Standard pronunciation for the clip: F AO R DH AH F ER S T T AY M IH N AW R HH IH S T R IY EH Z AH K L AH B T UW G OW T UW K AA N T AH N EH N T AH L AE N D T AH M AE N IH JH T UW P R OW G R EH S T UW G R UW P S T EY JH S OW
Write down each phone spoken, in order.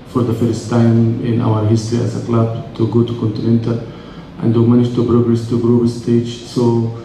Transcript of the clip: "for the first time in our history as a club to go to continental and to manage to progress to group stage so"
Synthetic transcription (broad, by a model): F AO R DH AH F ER S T T AY M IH N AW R HH IH S T R IY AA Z AH K L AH B T UW G OW T UW K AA N T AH N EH N T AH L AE N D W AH M AE N IH JH T UW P R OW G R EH S T UW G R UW B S T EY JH S OW